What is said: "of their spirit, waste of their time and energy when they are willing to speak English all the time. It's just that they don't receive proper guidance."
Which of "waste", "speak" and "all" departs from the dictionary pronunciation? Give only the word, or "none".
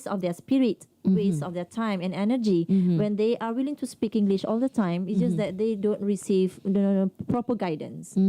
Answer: waste